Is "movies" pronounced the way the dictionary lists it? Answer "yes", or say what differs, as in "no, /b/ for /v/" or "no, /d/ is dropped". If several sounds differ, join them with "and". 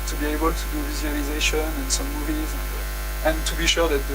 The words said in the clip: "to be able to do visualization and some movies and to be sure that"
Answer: yes